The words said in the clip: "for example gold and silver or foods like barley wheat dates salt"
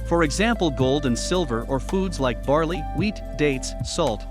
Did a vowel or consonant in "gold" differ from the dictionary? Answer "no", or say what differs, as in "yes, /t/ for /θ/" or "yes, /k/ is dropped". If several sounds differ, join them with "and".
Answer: no